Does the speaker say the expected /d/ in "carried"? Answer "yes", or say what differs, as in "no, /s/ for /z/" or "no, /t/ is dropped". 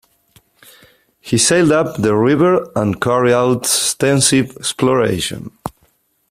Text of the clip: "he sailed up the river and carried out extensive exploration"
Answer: no, /d/ is dropped